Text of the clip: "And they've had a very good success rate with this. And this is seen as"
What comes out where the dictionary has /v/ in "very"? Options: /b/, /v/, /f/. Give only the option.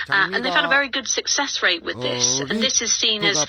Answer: /v/